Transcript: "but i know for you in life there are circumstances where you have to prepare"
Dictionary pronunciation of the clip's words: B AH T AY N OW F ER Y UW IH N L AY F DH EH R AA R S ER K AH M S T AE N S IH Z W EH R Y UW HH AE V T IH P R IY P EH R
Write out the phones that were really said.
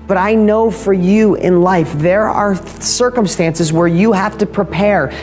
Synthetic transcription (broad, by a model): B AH T AY N OW F ER Y UW IH N L AY F DH EH R AA R S ER K AH M S T AE N S IH Z W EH R Y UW HH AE F T IH P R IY P EH R